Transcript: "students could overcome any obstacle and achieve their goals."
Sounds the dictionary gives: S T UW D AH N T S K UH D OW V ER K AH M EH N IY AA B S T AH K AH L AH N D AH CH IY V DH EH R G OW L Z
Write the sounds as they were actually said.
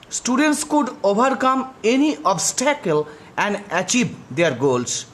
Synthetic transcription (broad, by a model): S T UW D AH N T S K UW D OW B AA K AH M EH N IY AA B S T AH K AH L AH N D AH CH IY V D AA R G OW L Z